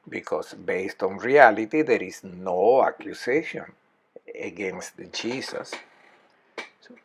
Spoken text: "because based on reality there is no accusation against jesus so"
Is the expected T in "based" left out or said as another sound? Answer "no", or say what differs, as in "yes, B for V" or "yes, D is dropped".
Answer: no